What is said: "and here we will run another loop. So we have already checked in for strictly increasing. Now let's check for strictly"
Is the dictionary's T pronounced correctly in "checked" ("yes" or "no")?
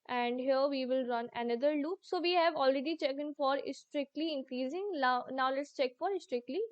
no